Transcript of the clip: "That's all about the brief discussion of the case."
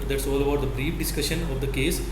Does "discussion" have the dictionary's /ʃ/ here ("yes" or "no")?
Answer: yes